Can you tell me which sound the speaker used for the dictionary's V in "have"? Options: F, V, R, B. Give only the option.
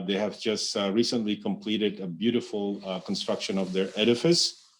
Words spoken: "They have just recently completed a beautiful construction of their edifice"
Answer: V